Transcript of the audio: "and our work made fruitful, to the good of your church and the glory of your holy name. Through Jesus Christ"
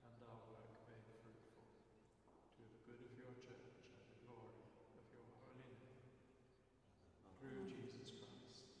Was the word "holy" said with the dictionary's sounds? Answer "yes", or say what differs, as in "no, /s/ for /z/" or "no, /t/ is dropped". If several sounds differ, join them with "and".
yes